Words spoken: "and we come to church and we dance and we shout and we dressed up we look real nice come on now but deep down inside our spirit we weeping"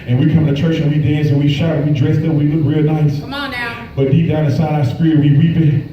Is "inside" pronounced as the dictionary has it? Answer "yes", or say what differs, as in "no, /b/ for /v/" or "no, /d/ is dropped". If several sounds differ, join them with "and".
no, /n/ is dropped